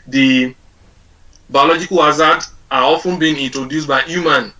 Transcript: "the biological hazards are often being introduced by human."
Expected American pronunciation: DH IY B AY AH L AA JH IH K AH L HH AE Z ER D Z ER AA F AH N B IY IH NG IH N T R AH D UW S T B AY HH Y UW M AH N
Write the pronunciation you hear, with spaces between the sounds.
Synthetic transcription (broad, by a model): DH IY B AY AH L AA JH IH K AH L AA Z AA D AA AA F AH N B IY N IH N T R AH D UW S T B AY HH Y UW M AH N